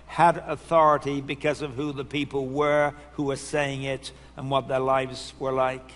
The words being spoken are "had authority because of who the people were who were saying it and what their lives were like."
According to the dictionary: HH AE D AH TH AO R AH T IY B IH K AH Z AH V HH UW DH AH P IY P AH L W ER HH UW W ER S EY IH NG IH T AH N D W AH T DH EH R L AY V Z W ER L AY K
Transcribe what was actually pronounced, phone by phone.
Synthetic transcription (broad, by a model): HH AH D AH TH AO R AH T IY B IH K AH Z AH V HH UW DH AH P IY P L W ER HH UW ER S EY IH NG IH T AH N W AH T DH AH R L AY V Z W ER L AY K